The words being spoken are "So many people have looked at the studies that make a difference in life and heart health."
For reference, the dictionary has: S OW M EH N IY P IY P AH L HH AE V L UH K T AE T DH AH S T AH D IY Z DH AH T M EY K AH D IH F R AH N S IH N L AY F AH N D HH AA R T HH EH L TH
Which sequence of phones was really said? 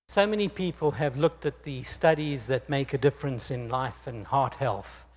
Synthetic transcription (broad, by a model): S OW M EH N IY P IY P AH L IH V L UH K T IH T DH AH S T AH D IY Z DH AH T M EY K AH D IH F R AH N S IH N L AY F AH N HH AA R T HH EH L TH